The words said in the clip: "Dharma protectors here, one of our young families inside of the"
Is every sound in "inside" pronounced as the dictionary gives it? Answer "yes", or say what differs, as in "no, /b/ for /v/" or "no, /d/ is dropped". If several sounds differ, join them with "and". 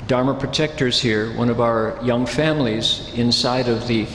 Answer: yes